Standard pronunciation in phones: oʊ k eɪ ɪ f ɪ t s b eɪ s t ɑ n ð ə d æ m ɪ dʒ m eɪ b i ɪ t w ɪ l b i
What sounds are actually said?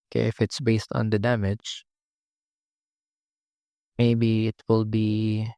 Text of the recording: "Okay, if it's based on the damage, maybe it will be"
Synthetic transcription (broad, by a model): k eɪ ɪ f ɪ t s b eɪ s t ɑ n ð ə d æ m ɪ dʒ m eɪ b i ɪ t w ɪ l b i